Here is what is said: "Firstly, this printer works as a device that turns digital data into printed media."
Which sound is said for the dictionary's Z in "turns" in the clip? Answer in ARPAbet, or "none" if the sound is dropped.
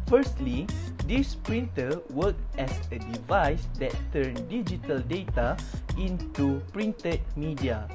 none